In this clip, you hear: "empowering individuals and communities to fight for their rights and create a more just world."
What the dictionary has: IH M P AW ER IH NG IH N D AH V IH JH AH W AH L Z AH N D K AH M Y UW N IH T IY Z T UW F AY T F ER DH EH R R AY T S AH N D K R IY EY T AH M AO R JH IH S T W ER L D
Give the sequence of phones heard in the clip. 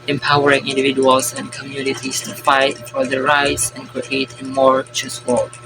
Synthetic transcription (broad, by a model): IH M P AW ER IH NG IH N D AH V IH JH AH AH L S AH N K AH M Y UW N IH T IY S T UW F AY T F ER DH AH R R AY T S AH N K R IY EY T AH M AO R CH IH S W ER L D